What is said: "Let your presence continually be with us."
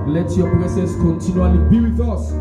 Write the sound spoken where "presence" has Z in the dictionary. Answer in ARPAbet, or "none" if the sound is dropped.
S